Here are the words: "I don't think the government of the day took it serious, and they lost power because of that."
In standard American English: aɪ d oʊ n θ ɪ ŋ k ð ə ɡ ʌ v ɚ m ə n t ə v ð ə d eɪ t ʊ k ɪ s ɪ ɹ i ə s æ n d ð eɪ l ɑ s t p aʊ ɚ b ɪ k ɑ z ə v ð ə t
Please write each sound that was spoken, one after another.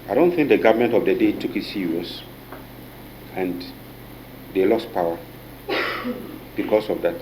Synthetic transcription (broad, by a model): aɪ d oʊ n θ ɪ ŋ k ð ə ɡ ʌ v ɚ m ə n t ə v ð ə d eɪ t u k ɪ s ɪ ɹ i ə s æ n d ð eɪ l ɑ s t p aʊ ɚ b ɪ k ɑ s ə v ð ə t